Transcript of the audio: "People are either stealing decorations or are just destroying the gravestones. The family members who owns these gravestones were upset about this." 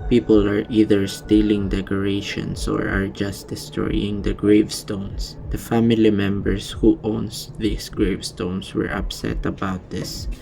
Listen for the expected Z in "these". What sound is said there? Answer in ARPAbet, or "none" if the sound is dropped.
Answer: S